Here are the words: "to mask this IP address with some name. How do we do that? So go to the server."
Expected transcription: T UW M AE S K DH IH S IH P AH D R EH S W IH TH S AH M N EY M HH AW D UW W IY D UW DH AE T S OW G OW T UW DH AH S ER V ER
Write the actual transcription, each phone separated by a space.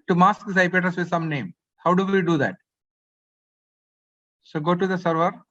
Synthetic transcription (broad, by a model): T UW M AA S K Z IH IH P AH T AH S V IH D S AH M N EY M HH AW D UW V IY D UW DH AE T S OW G OW T UW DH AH S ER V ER